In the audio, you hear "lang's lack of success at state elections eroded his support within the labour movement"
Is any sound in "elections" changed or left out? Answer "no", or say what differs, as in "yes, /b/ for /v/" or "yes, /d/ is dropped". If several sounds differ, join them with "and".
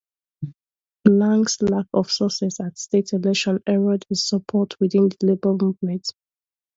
yes, /k/ is dropped and /z/ is dropped